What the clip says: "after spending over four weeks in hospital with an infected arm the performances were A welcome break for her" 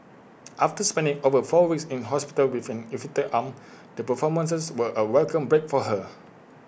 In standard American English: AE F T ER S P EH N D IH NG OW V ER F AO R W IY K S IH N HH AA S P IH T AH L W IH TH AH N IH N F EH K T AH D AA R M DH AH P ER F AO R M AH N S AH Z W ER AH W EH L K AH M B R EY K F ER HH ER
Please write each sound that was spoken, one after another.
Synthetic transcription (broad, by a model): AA F T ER S P EH N D IH NG OW V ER F AO W IY K S IH N HH AA S P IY T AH L W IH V AH N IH F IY T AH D AA M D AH P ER F AO M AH N S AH S W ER AH W EH L K AH M B R EY K F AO HH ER